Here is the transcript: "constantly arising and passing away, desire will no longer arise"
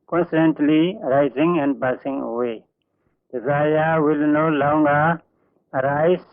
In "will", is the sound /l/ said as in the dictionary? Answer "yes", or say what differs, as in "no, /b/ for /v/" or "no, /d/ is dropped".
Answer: yes